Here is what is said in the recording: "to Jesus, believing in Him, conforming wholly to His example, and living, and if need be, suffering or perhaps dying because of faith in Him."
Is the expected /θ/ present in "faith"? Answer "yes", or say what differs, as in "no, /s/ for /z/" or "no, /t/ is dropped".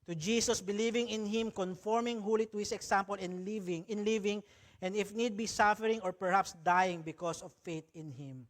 no, /t/ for /θ/